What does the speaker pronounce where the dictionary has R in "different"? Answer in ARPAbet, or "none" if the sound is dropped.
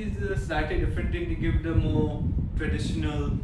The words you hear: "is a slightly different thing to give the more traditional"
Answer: none